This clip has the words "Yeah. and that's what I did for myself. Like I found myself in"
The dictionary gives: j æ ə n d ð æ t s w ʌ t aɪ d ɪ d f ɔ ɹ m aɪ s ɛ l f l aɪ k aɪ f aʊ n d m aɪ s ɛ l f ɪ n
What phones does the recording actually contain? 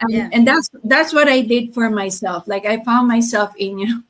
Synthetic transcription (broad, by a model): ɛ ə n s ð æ t s w ʌ t aɪ d ɪ d f ɔ ɹ m aɪ s ɛ l f l aɪ k aɪ f aʊ n d m aɪ s ɛ l f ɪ n